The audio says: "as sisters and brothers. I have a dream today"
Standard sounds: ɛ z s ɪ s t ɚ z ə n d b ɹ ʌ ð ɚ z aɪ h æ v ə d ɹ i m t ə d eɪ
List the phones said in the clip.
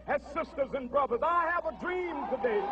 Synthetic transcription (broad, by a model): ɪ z s ɪ s t ɚ z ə n b ɹ ʌ ð ɚ z aɪ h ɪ v ə d ɹ i m t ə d eɪ